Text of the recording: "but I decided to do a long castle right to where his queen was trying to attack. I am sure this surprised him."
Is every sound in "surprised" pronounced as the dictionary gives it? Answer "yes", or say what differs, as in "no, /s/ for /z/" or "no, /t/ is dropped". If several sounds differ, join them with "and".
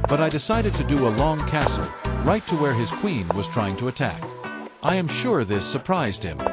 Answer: yes